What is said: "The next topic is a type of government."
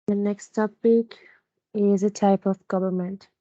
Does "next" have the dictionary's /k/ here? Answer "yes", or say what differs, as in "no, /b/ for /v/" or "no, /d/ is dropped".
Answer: yes